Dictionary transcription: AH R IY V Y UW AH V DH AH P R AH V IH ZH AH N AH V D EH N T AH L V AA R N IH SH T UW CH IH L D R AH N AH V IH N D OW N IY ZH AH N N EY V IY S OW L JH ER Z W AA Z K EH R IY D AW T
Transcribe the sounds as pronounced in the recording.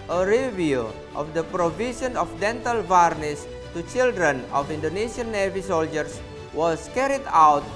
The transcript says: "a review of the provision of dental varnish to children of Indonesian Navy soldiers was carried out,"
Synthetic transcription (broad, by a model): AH R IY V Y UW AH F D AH P R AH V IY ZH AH N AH F D EH N T AH L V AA R N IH S T UW CH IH L D R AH N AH F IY N D OW N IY S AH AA N EY V IY S OW L JH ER S W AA S K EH R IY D AW T